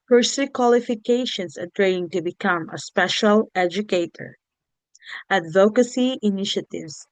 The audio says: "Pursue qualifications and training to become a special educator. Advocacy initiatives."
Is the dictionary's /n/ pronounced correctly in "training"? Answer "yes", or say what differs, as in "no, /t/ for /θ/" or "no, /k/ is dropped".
no, /n/ is dropped